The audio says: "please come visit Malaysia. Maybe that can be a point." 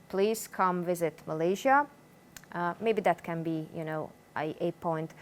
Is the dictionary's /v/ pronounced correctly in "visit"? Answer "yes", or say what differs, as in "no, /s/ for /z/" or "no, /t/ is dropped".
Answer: yes